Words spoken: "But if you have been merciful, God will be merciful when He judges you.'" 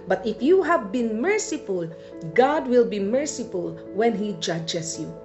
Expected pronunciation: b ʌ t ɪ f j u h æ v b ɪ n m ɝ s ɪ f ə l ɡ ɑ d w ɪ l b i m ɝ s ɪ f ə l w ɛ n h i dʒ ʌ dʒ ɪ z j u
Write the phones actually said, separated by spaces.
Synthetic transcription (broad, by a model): b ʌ t ɪ f j u h æ v b ɪ n m ɝ s ɪ f ə l ɡ ɑ d w ɪ l b i m ɝ s ɪ f ə l w ɛ n h i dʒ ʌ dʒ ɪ s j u